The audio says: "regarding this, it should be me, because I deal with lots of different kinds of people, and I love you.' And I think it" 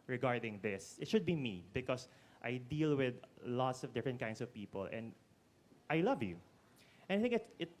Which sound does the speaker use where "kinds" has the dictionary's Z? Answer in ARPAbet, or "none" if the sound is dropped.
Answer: S